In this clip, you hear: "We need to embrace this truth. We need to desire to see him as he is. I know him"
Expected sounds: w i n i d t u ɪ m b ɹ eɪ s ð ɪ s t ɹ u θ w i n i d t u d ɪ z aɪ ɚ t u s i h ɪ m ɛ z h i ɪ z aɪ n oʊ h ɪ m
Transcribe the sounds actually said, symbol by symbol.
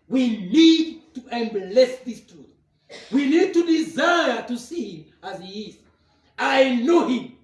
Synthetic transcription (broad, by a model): w i n i d t u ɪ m b l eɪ s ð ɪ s t ɹ u θ w i n i d t u d ɪ z aɪ ɚ t u s i h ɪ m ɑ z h i ɪ z aɪ n oʊ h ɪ m